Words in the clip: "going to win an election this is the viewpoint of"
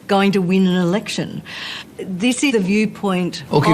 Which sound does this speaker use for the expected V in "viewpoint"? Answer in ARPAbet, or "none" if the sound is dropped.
V